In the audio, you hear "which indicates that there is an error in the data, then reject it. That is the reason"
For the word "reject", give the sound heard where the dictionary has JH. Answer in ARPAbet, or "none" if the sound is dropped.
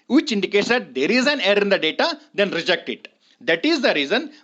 JH